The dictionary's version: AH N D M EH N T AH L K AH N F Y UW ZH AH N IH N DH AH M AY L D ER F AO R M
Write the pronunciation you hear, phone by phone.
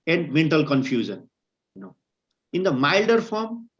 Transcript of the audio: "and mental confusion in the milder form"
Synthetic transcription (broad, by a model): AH N D M EH N T AH L K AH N F Y UW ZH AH N IH N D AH M AY L D ER F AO R M